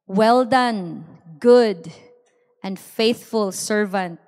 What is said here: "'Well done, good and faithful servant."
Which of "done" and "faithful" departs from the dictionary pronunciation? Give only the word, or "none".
none